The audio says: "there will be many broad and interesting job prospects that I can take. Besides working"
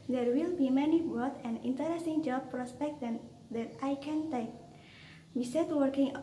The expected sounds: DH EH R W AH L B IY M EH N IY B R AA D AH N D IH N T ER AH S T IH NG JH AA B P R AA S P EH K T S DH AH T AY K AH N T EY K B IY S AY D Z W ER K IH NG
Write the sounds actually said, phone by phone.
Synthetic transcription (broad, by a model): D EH R W AH L B IY M EH N IY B AA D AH N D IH N T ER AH S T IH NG JH AA B P R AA S P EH K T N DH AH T AY K AH N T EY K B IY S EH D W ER K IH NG